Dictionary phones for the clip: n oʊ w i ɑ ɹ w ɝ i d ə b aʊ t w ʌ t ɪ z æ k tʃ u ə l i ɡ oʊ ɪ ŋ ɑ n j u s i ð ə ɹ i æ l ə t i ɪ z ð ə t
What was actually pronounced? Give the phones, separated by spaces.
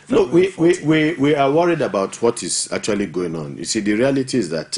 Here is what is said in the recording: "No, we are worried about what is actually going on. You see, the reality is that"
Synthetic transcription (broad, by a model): n oʊ w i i w w ɝ i d ə b aʊ t w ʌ t ɪ z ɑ k tʃ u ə l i ɡ oʊ ɪ ŋ ɑ n j u s i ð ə ɹ i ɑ l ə t i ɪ z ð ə t